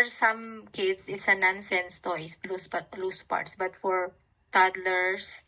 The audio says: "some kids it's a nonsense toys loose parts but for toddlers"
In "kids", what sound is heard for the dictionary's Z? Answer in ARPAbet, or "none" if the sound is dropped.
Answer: S